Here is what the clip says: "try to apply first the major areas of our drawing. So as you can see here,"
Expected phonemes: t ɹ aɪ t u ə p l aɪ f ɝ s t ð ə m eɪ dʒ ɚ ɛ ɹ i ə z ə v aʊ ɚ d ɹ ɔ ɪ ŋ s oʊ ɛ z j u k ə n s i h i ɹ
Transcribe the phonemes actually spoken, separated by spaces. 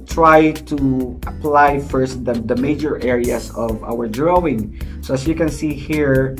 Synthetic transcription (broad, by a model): t ɹ aɪ t u ə p l aɪ f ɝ s t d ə m eɪ dʒ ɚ ɛ ɹ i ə s ə v aʊ ɚ d ɹ ɔ ɪ ŋ s oʊ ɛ s j u k ə n s i h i ɹ